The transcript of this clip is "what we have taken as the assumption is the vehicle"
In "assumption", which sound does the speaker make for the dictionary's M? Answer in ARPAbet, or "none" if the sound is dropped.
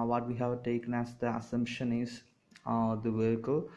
M